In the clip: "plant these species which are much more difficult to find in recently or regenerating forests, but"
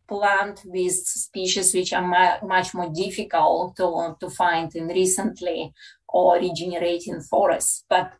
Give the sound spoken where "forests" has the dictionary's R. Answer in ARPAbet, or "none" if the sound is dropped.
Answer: R